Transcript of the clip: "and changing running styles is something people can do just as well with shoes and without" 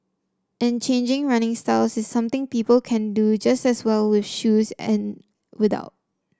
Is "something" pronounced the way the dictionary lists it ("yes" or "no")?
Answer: no